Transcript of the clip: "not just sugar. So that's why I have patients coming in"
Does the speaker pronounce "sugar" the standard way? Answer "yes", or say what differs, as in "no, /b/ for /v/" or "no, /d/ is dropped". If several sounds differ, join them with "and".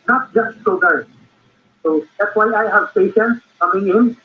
no, /s/ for /ʃ/